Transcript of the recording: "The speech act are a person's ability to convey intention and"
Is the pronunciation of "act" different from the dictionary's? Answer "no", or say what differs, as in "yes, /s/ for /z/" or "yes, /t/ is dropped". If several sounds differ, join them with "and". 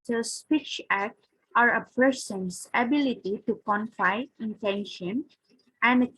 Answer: no